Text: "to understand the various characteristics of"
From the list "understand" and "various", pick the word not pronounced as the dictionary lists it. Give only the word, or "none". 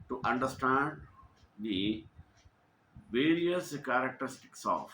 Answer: none